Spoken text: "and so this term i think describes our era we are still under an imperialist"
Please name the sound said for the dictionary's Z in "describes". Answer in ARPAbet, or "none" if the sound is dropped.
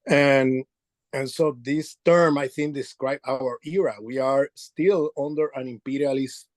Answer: none